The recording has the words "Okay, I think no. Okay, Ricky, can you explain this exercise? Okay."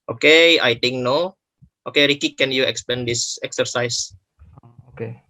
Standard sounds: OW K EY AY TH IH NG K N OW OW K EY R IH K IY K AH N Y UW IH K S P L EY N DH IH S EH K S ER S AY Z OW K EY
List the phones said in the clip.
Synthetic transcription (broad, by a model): OW K EY AY T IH NG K N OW OW K EY R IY K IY K AH N Y UW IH K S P EY N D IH S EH K S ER S AY S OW K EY